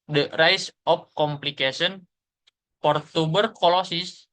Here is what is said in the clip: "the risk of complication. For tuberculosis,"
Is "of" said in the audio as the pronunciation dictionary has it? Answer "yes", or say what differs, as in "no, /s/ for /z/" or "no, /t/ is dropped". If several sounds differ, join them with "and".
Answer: no, /p/ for /v/